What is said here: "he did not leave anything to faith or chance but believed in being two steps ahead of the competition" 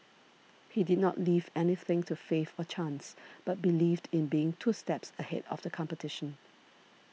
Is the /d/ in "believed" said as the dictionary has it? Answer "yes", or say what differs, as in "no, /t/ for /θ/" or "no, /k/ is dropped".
yes